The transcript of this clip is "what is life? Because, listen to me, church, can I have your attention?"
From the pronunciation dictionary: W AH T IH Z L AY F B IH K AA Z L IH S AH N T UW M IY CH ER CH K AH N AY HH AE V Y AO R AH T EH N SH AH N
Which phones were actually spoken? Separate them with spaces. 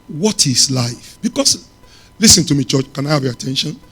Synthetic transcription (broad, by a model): W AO T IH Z L AY F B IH K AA S L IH S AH N T UW M IY CH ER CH K AH N AY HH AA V Y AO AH T EH N SH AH N